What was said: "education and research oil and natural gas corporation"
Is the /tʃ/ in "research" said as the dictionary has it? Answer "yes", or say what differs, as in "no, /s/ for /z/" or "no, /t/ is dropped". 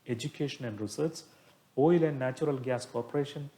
no, /s/ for /tʃ/